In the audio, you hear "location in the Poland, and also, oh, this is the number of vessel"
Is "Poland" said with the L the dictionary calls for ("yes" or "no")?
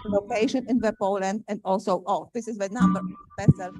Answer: yes